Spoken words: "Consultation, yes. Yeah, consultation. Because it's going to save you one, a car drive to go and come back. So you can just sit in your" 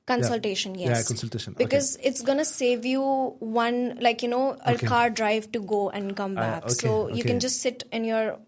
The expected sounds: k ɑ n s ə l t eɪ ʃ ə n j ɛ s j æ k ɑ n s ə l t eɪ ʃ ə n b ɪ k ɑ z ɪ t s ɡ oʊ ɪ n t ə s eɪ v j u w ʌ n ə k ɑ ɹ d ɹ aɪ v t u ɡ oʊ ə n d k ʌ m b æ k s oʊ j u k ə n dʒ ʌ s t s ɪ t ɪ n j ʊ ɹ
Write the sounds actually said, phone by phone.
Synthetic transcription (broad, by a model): k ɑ n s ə l t eɪ ʃ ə n j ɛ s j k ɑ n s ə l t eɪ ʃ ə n b ɪ k ɑ z ɪ t s ɡ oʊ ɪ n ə s eɪ v j u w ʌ n ə k ɑ ɹ d ɹ aɪ v t u ɡ oʊ ə n d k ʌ m b æ k s oʊ j u k ə n dʒ ʌ s t s ɪ t ɪ n j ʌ ɹ